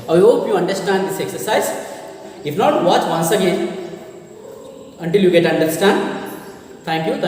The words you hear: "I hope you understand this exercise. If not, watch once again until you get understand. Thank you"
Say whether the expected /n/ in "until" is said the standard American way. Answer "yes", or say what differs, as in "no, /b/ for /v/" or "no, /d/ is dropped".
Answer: yes